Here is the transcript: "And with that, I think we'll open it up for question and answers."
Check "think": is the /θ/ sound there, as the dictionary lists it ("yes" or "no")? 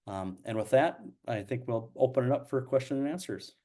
yes